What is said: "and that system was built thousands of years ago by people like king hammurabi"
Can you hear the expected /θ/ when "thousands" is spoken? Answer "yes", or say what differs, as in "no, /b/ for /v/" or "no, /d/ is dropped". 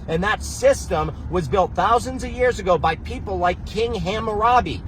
yes